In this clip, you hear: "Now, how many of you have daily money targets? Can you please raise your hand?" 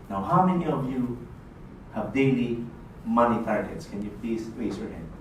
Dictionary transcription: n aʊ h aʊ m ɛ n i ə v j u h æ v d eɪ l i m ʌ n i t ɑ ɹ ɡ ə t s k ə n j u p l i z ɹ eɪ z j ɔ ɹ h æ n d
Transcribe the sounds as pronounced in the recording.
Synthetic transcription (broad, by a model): n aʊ h aʊ m ɛ n i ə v j u h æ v d eɪ l i m ʌ n i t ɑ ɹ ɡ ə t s k ə n j u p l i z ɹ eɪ s j ɔ ɹ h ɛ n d